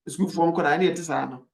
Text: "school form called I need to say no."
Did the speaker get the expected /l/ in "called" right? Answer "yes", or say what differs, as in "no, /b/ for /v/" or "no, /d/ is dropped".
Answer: no, /l/ is dropped